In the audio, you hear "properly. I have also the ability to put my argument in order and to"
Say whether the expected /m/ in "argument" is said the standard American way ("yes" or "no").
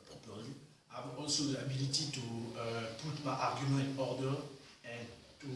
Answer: no